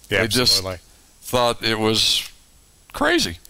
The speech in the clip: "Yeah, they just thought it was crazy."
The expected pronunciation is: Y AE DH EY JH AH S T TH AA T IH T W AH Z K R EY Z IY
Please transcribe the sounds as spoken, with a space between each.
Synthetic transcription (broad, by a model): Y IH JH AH S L TH AA T IH T W AH Z K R EY Z IY